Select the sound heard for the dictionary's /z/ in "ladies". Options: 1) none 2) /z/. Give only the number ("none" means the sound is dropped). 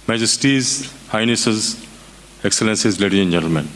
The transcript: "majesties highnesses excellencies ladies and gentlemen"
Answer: 1